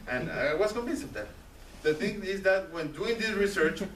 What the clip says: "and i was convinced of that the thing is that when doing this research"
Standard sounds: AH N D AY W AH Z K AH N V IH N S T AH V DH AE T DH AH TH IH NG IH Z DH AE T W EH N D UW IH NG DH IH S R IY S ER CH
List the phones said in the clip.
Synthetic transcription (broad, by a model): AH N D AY W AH S K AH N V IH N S AH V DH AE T DH AH TH IH NG IH Z DH AE T W EH N D UW IH NG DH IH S R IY S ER CH